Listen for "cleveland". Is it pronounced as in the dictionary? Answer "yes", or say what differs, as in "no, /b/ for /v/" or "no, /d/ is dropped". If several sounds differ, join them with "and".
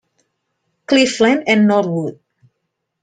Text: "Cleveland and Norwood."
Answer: no, /f/ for /v/ and /d/ is dropped